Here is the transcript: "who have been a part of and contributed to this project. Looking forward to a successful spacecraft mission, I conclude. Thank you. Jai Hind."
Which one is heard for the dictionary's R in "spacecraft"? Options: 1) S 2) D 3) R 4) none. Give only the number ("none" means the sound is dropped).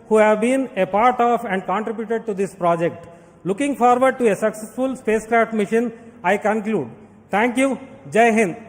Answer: 3